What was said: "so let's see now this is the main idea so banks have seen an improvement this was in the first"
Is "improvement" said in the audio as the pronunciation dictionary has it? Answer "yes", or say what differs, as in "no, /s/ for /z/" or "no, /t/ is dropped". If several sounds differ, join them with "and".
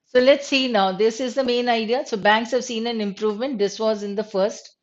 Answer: yes